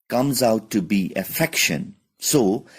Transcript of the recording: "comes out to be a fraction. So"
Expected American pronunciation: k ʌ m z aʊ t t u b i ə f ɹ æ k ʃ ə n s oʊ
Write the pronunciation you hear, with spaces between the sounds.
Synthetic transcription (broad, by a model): k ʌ m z aʊ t t u b i ə f ɛ k ʃ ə n s oʊ